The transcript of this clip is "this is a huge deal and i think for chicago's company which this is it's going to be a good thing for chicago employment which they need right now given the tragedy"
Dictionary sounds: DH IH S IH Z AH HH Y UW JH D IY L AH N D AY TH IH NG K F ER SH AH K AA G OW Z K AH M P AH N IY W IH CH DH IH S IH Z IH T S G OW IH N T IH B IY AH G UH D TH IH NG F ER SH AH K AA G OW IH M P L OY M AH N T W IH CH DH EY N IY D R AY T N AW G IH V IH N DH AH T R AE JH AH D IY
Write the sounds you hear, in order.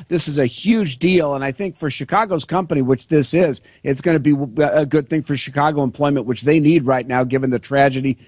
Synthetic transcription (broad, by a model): DH IH S IH Z AH HH Y UW JH D IY L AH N AY TH IH NG K F ER SH AH K AA G OW Z K AH M P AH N IY W IH CH DH IH S IH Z IH T S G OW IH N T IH B IY AH G UH D TH IH NG F ER SH AH K AA G OW IH M P L OY M AH N T W IH CH DH EY N IY D R AY T N AW G IH V IH N DH AH T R AE JH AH D IY